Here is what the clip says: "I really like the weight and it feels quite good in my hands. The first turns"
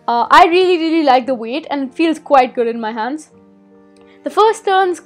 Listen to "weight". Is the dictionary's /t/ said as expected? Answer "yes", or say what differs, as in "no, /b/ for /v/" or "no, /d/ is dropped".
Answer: yes